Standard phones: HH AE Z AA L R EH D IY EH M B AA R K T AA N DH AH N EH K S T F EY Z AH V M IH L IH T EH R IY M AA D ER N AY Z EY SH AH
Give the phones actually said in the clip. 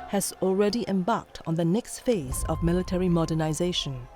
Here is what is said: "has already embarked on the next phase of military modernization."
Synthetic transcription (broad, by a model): HH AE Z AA L R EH D IY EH M B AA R K T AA N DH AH N EH K S T F EY Z AH V M IH L IH T EH R IY M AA D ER N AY Z EY SH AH